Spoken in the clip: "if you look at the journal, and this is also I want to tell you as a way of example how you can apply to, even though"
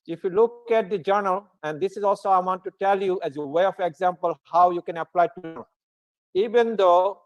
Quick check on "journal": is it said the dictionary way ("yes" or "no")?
yes